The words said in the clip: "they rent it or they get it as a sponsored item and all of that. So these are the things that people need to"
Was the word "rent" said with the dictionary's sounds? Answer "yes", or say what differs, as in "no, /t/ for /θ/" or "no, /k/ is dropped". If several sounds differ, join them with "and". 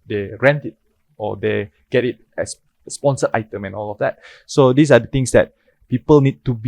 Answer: yes